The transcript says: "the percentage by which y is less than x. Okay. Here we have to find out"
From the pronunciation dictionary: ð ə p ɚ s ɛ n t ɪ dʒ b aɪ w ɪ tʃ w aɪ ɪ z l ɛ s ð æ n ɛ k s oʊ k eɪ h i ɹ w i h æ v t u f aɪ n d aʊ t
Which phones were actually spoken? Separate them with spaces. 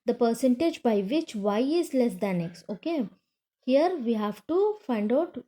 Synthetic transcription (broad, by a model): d ə p ɚ s ɛ n t ɪ dʒ b aɪ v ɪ tʃ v aɪ ɪ z l ɛ s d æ n ɛ k s oʊ k eɪ h i ɹ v i h æ v t u f aɪ n d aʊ t